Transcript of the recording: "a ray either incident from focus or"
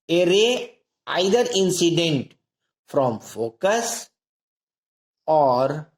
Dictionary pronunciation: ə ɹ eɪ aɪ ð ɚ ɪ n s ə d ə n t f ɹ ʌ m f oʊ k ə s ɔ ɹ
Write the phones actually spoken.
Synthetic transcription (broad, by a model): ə ɹ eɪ aɪ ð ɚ ɪ n s ə d ə n t f ɹ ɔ m f oʊ k ə s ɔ ɹ